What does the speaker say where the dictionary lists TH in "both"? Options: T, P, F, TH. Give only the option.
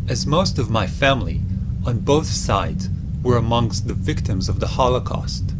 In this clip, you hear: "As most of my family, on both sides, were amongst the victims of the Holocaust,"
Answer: TH